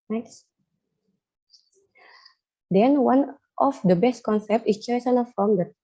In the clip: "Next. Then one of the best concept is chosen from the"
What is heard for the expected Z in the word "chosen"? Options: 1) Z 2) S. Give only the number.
2